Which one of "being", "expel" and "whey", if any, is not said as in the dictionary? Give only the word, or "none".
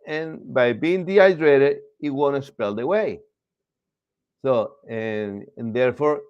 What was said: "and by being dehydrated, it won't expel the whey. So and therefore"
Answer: expel